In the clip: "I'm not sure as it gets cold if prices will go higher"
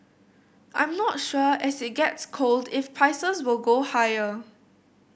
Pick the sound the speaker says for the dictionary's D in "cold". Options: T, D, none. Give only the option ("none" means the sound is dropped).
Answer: D